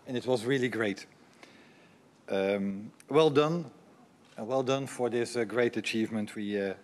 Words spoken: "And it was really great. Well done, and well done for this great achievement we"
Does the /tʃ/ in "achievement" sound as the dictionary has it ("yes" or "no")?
yes